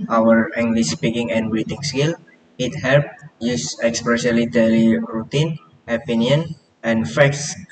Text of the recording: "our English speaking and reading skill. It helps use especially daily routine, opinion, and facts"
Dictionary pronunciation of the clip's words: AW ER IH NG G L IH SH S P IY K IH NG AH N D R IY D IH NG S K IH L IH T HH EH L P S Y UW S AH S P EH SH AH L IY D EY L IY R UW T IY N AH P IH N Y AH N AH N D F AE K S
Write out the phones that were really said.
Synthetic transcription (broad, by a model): AW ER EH NG G L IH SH S P IY K IH NG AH N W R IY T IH NG S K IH L IH T HH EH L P Y UW S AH S P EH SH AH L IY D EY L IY R UW T IY N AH P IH N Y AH N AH N F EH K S